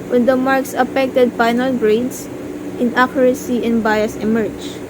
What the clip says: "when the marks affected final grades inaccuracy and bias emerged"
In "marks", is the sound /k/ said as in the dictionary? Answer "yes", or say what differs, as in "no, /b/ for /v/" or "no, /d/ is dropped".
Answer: yes